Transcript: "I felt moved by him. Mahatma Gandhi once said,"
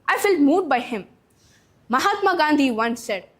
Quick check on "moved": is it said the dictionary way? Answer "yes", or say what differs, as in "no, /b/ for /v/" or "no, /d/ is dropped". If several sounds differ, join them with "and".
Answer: no, /v/ is dropped